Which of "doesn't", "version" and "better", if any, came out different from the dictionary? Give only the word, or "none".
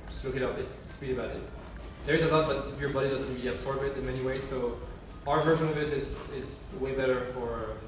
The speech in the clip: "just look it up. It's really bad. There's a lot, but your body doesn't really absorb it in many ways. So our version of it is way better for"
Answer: none